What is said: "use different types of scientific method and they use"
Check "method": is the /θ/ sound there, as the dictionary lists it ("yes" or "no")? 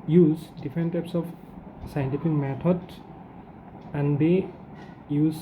no